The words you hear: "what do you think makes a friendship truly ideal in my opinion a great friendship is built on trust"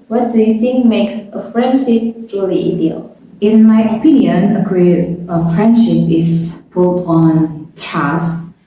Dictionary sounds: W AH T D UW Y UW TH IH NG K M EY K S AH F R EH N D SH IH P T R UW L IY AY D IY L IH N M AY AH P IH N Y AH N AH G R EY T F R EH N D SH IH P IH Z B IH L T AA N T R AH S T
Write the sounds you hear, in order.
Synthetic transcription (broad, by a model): W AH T D UW Y UW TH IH NG K M EY K S AH F R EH N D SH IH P T R UW L IY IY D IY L IH N M AY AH P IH N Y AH N AH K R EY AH F R EH N D SH IH P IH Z B IH L T AA N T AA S